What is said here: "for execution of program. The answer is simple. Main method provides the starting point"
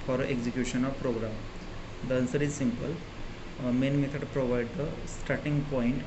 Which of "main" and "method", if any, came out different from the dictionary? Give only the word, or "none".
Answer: method